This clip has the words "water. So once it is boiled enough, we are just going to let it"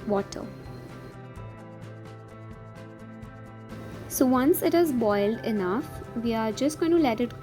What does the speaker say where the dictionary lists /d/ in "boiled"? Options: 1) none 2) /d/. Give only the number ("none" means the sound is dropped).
2